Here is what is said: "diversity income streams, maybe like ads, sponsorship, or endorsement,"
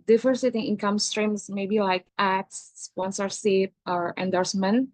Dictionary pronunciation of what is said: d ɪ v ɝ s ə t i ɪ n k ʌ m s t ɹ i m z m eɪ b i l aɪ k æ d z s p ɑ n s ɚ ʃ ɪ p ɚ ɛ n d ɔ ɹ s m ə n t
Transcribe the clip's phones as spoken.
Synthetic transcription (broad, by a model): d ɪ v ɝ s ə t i ɪ n k ʌ m s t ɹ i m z m eɪ b i l aɪ k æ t s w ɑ n s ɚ s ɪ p ɚ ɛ n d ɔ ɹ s m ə n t